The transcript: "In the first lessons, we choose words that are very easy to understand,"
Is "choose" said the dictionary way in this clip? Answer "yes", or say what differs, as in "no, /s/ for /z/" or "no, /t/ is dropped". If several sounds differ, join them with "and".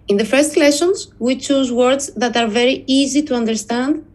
yes